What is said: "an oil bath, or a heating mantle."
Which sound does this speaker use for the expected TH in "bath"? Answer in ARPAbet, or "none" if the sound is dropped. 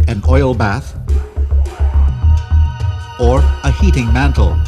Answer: TH